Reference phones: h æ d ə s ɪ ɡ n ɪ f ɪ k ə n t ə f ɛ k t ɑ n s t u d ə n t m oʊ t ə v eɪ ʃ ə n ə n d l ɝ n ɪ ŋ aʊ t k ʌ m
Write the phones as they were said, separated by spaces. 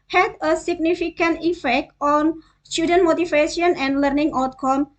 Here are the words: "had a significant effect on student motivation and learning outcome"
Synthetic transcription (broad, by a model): h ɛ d ə s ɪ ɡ n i f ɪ k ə n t ə f ɛ k t ɑ n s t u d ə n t m oʊ t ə f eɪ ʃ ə n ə n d l ɝ n ɪ ŋ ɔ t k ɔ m